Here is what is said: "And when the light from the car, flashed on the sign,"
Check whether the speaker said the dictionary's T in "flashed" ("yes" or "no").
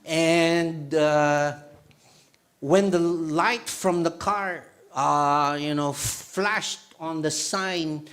yes